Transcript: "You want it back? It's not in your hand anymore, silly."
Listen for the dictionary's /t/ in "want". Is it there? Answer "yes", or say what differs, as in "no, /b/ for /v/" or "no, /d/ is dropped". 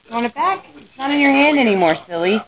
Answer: no, /t/ is dropped